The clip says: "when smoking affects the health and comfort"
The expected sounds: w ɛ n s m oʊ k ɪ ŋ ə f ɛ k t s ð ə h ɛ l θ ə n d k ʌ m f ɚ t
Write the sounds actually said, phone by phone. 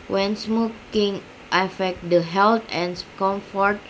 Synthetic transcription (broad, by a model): w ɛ n s m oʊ k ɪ ŋ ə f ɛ k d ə h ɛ l t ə n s k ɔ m f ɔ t